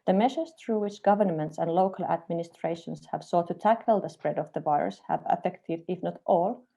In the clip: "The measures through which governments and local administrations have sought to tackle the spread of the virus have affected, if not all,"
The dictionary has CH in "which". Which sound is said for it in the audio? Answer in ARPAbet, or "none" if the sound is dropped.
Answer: CH